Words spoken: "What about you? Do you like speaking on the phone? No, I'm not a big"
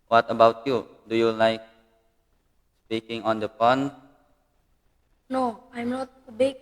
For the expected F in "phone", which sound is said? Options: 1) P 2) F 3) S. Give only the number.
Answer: 1